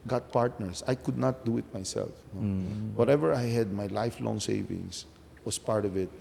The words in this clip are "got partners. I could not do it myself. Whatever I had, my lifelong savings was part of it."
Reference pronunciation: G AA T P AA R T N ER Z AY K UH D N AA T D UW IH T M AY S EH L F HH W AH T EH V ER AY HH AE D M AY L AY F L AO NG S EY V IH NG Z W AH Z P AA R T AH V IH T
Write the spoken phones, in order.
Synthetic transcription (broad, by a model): G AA T P AA R T N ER S AY K UH D N AA T D UW IH T M AY S EH L F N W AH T EH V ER AY HH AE D M AY L AY F L AO NG S EY V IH NG S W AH S P AA R T AH V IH T